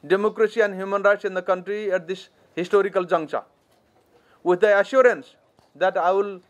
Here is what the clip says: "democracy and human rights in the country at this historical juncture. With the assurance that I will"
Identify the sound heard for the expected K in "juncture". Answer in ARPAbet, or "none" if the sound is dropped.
none